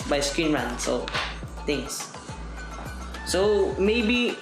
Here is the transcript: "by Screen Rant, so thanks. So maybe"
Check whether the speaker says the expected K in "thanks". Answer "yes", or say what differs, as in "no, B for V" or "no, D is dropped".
no, K is dropped